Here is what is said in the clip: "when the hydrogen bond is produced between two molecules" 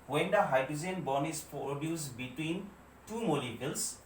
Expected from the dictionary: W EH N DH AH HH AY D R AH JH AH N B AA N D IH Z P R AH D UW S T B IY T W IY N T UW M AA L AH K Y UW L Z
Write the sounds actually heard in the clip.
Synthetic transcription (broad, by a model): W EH N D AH HH AY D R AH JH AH N B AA N IH S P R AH D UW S B IY T W IY N T UW M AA L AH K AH L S